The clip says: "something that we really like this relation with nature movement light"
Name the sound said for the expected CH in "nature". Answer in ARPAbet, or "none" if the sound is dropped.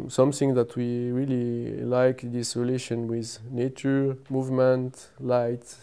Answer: CH